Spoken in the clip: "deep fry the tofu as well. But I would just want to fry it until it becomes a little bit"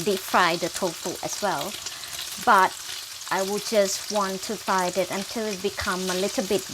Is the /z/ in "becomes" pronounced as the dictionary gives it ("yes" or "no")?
no